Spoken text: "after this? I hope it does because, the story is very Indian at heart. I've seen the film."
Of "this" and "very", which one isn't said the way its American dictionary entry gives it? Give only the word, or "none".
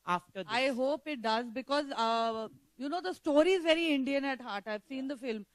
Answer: this